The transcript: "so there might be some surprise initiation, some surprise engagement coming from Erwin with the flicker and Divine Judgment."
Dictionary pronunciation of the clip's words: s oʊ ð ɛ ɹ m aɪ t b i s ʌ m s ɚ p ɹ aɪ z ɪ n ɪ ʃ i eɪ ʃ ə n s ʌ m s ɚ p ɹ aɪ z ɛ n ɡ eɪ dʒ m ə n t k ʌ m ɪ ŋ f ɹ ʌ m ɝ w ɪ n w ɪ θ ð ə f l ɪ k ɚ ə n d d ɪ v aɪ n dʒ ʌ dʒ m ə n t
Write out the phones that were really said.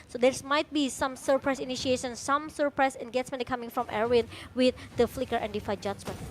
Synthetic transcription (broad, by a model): s oʊ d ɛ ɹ m aɪ t b i s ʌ m s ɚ p ɹ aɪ s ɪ n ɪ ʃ i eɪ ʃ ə n s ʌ m s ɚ p ɹ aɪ s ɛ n ɡ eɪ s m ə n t k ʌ m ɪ ŋ f ɹ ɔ m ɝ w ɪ n w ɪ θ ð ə f l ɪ k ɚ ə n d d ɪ f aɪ dʒ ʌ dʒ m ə n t